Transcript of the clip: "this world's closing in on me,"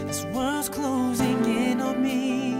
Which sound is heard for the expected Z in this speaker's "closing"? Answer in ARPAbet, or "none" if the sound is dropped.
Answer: Z